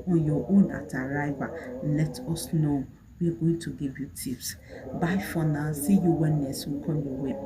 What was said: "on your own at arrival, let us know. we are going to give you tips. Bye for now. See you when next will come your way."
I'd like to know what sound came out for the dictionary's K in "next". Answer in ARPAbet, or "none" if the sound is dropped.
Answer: none